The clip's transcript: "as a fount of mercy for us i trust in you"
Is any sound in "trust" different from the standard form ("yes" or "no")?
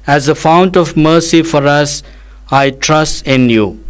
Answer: no